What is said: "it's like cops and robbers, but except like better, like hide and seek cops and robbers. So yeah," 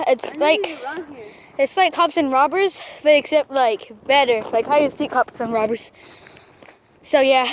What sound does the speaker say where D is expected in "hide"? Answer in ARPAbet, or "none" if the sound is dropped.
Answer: none